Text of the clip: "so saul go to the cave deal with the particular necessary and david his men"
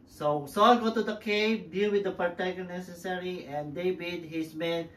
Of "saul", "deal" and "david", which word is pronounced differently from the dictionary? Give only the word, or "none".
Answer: david